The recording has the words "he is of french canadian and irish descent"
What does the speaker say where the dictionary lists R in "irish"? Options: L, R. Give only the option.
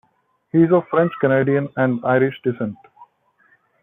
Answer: R